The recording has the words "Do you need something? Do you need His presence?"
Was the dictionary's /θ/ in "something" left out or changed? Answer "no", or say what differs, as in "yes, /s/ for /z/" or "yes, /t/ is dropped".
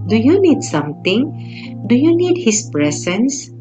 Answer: yes, /t/ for /θ/